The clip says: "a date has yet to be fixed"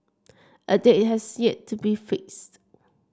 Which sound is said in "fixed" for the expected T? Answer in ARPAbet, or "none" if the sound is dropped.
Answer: T